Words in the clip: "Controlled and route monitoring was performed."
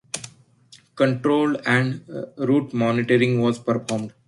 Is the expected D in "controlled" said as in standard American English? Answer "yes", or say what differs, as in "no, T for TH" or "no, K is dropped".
no, D is dropped